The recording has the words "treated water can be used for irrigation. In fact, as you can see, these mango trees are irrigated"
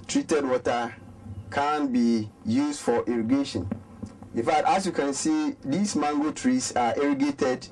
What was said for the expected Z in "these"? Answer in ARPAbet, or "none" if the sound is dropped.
S